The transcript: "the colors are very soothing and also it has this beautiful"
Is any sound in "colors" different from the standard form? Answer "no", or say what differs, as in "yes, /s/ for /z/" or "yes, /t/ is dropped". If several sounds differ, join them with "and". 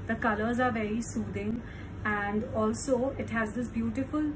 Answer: no